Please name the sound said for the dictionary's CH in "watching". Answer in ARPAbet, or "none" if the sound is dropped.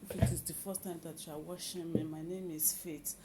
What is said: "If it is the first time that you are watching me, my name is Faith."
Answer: SH